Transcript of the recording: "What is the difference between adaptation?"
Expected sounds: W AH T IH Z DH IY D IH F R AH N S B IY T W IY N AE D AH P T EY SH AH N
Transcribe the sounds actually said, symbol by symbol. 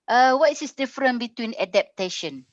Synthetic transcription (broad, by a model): W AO T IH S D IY D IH F R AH N B IY T W IY N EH D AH P T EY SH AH N